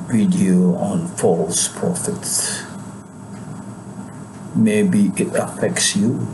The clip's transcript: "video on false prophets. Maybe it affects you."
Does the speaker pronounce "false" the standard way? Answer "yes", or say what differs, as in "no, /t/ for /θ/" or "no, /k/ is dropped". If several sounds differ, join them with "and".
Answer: yes